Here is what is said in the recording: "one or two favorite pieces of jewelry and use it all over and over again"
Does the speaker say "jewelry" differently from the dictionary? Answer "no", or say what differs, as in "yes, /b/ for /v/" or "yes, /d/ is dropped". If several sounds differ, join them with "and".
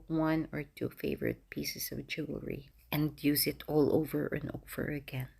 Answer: yes, /l/ is dropped